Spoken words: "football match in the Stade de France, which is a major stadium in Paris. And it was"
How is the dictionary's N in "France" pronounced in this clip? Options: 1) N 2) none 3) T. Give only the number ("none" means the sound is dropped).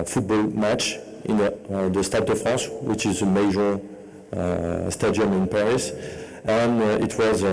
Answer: 2